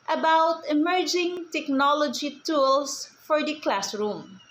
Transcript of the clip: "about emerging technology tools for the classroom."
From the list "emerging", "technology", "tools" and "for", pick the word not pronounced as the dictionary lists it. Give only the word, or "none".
tools